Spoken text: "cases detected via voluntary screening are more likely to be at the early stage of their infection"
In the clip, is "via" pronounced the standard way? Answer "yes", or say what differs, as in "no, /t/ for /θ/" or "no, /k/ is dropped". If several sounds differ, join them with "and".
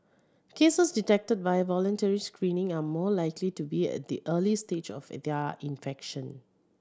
no, /b/ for /v/